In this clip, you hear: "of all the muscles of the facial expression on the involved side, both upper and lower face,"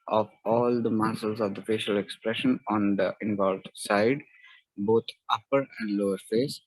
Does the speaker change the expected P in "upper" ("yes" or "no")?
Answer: no